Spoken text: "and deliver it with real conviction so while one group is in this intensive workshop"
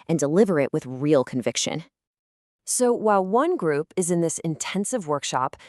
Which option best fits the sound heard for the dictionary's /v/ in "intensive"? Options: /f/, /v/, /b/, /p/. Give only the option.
/v/